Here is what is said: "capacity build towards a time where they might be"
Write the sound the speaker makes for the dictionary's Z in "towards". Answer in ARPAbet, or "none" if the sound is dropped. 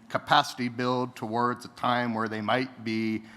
Z